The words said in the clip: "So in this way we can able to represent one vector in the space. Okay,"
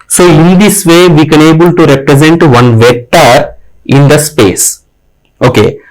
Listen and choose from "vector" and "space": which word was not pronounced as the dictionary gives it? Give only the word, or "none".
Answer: vector